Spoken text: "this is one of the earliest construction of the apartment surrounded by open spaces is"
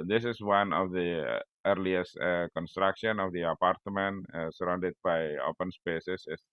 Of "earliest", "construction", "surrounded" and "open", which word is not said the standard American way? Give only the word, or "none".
none